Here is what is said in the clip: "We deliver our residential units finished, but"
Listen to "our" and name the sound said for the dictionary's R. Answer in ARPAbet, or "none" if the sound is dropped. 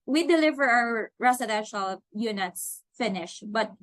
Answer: W